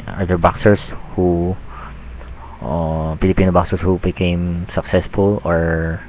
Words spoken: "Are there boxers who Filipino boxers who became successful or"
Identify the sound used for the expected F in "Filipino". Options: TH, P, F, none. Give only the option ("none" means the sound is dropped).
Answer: P